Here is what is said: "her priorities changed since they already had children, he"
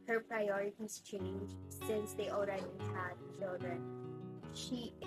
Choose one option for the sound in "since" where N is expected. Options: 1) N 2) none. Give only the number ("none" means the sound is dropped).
1